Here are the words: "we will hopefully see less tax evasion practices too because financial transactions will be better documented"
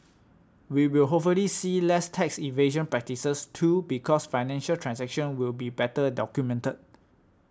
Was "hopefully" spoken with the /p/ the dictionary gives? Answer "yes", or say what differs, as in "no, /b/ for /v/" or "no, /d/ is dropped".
no, /p/ is dropped